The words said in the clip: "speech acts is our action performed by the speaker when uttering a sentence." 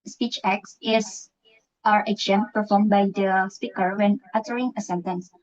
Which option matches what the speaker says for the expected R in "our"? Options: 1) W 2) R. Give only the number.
2